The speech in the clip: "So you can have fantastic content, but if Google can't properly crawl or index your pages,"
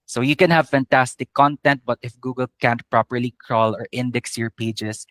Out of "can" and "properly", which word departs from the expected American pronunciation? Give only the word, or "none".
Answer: none